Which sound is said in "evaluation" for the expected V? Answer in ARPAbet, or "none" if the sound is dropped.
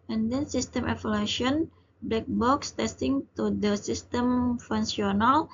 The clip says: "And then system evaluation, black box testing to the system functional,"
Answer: F